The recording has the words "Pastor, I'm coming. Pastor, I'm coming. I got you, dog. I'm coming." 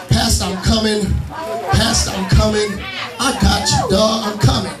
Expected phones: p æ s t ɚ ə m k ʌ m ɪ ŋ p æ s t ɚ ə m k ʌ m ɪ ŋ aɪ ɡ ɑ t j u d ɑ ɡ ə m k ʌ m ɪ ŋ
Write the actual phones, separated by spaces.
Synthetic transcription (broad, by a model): p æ s t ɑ ə m k ʌ m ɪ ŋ p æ s t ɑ ə m k ʌ m ɪ ŋ aɪ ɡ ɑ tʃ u d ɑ ə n k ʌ m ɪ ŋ